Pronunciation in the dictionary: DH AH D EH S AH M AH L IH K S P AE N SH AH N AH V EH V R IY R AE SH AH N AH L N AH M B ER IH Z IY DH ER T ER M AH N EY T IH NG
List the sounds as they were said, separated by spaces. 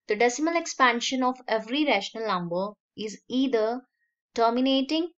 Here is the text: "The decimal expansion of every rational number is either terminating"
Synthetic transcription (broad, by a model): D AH D EH S AH M AH L IH K S P AE N SH AH N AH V EH V R IY R AE SH AH N AH L N AH M B ER IH Z IY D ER T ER M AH N EY T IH NG